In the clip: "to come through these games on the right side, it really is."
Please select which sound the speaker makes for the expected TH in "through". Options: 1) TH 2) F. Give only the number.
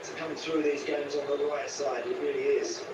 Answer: 1